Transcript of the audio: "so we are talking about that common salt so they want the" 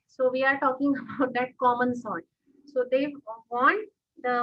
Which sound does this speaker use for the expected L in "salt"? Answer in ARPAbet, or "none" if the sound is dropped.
none